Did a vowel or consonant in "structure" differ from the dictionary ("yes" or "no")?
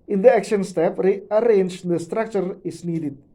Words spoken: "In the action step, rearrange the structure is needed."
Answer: no